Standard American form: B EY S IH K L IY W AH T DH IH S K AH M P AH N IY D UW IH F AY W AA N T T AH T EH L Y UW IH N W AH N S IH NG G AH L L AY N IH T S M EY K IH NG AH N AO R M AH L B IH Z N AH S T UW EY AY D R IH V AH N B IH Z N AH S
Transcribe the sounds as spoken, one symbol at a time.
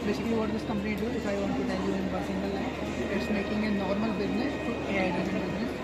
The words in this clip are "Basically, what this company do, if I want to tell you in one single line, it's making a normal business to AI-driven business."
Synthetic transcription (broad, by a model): B EY S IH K L IY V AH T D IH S K AH M P AH N IY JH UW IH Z AY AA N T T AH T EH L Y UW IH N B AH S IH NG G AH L L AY IH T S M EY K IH NG AH N AO R M AH L B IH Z N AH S T UW EY AY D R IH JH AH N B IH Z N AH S